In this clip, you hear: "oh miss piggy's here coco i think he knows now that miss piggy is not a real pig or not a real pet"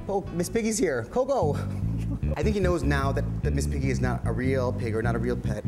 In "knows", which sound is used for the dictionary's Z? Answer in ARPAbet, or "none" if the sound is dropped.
Z